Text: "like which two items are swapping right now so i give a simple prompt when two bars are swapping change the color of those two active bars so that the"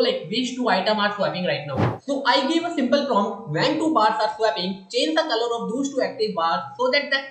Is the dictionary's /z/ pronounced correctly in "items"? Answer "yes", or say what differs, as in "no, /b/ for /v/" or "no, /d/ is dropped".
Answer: no, /z/ is dropped